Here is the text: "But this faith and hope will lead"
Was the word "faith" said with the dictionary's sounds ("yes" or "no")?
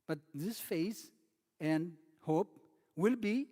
no